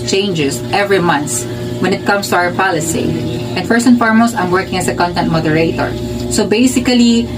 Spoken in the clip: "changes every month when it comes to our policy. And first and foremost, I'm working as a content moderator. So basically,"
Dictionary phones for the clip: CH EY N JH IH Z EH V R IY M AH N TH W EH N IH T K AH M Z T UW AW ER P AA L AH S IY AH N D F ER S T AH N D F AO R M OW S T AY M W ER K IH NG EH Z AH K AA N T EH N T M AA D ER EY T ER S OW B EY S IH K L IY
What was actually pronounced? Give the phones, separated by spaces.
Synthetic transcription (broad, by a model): CH EY N JH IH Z EH V R IY M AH N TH W EH N IH T K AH M S T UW AW ER P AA L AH S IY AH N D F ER S AH N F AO R M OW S AY M W ER K IH NG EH S AH K AA N T EH N T M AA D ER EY T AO S OW B EY S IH K L IY